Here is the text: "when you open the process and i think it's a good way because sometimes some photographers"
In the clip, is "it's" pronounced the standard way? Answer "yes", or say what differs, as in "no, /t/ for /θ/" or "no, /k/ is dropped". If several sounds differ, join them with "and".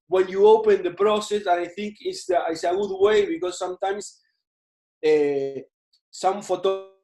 no, /s/ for /t/